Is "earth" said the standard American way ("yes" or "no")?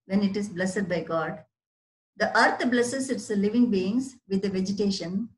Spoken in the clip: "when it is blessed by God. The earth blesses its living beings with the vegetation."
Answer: no